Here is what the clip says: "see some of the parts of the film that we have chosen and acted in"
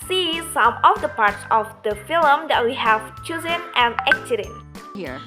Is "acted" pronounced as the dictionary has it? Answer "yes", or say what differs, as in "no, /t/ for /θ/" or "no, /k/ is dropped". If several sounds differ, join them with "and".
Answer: no, /s/ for /t/